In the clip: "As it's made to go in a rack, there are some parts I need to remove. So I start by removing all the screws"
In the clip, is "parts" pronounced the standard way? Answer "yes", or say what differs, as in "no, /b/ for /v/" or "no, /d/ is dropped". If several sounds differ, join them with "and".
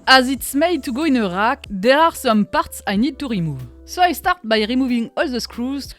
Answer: yes